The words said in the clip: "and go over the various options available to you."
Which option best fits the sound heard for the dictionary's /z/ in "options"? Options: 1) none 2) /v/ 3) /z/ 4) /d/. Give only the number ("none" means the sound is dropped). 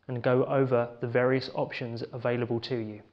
3